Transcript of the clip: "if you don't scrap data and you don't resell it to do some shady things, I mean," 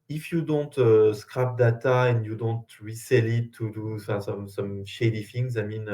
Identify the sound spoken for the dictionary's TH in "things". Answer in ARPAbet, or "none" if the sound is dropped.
F